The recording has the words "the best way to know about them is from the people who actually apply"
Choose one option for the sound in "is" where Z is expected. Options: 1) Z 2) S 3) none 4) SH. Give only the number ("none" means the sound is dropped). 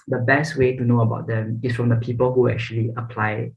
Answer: 2